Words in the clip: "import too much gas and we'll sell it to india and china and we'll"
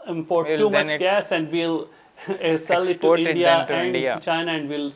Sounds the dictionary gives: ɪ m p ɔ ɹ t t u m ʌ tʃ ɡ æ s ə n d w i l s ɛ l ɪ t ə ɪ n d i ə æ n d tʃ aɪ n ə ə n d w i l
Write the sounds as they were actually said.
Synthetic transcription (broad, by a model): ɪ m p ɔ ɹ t t u m ʌ tʃ ɡ æ s ə n d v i l s ɛ l ɪ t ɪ d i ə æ n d tʃ aɪ n ə ə n d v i l